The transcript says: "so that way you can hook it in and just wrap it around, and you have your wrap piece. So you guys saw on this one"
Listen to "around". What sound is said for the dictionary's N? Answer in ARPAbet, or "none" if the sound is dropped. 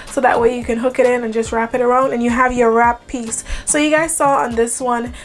N